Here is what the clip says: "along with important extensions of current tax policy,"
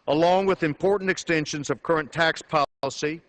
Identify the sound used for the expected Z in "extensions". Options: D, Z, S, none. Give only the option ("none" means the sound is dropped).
Z